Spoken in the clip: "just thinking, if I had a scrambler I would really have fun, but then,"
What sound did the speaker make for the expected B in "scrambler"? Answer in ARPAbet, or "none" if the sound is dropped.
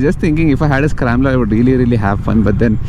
none